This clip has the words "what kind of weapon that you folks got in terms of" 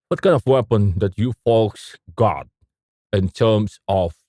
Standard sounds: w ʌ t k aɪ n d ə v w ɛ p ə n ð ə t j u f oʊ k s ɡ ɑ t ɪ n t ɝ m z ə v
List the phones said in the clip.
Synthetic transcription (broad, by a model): w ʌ t k aɪ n ə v w ɛ p ə n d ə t j u f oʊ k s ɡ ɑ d ɪ n t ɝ m s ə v